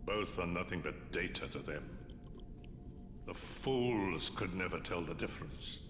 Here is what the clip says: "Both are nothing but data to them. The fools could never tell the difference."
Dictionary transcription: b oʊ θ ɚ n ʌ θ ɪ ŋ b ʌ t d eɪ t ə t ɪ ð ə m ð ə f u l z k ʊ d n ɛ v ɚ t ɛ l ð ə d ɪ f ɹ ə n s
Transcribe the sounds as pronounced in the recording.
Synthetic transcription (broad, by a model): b oʊ θ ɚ n ʌ θ ɪ ŋ b ʌ t d eɪ t ə t ɪ ð ə m ð ə f u l z k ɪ d n ɛ v ɚ t ɛ l ð ə d ɪ f ɹ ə n s